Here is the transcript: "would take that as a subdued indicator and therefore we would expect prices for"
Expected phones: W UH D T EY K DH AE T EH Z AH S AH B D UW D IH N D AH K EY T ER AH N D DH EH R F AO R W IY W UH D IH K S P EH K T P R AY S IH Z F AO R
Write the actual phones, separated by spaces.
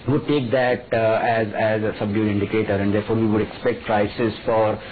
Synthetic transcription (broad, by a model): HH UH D T EY K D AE T EH Z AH S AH B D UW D IH N D AH K EY T ER AH N D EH R F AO R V IY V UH D IH K S P EH K T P R AY S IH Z F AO R